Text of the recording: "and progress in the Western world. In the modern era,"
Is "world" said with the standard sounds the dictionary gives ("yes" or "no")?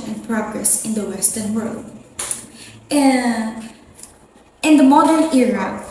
yes